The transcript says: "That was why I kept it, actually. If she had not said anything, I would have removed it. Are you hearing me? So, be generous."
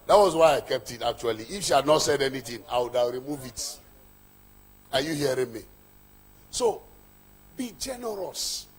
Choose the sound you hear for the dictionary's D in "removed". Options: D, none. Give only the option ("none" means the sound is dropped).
none